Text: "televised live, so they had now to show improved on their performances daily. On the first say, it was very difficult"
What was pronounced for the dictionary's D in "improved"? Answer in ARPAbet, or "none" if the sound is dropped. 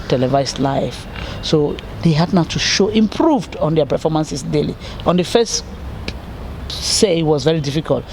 D